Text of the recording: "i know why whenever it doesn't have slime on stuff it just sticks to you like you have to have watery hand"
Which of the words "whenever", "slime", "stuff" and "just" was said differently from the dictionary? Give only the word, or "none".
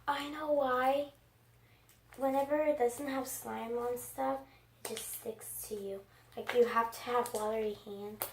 none